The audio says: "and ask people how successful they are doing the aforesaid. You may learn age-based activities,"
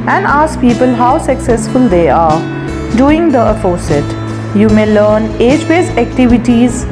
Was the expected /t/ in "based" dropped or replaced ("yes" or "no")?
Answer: yes